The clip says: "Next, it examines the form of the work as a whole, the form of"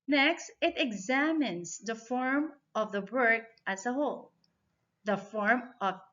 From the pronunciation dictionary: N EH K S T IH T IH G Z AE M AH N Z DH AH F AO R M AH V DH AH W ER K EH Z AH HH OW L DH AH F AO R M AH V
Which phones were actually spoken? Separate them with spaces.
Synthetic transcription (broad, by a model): N EH K S T IH T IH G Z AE M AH N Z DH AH F AO R M AH V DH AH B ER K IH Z AH HH OW L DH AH F AO R M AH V